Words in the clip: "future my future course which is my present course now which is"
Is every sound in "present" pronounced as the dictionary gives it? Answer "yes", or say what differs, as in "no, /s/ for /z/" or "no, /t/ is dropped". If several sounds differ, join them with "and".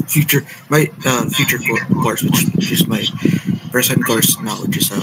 no, /b/ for /p/ and /s/ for /z/